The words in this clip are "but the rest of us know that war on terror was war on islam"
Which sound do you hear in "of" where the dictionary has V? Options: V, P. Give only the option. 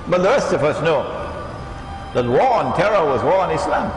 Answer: V